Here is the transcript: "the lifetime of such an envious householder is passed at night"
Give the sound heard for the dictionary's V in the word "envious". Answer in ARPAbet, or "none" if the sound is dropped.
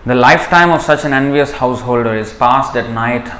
V